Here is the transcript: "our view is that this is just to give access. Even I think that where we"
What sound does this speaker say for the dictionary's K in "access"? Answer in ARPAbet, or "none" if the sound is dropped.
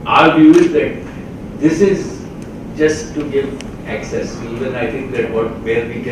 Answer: K